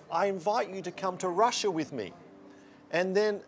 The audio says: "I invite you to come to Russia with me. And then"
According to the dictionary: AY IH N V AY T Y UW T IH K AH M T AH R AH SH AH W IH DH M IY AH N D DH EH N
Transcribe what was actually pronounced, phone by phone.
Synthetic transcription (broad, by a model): AY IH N V AY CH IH T IH K AH M T AH R AH SH AH W IH DH M IY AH N DH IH N